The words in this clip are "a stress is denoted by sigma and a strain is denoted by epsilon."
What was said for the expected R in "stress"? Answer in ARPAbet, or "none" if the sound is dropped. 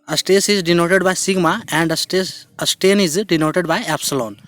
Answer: none